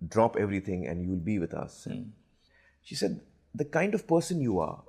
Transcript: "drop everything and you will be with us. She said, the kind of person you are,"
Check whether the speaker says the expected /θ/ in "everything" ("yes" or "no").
no